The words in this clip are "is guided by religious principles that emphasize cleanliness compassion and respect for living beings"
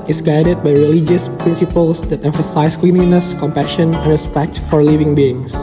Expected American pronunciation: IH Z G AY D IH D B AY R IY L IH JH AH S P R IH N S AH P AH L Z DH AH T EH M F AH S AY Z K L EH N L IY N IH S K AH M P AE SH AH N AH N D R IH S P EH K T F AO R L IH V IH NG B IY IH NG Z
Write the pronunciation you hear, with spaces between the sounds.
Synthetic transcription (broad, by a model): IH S G AY D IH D B AY R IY L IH JH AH S P R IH N S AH P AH L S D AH T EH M F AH S AY S K L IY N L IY N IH S K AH M P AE SH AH N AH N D R IH S P EH K T F AO R L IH V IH NG B IY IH NG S